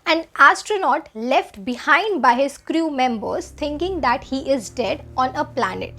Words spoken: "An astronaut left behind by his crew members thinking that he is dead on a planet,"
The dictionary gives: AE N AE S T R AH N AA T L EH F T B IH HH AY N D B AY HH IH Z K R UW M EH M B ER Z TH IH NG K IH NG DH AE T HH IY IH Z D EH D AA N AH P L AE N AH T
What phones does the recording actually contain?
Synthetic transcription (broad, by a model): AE N AE S T R AH N AA T L EH F T B IH HH AY N D B AY HH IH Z K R UW M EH M B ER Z T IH NG K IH NG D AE T HH IY IH Z D EH D AA N AH P L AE N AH T